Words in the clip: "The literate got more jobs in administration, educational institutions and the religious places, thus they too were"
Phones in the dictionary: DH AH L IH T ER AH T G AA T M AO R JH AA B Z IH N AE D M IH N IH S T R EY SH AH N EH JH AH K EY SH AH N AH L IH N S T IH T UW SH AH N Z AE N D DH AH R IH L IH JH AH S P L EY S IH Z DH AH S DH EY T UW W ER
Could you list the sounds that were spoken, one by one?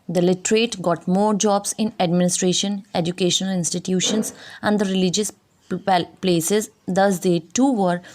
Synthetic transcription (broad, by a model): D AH L IH T ER AH T G AA T M AO R JH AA B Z IH N AE D M IH N IH S T R EY SH AH N EH JH AH K EY SH AH N AH L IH N S T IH T UW SH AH N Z AE N D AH R IH L IH JH AH S P L EY S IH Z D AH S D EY T UW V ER